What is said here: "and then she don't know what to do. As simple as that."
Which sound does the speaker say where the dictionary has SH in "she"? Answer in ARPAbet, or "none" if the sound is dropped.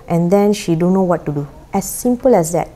SH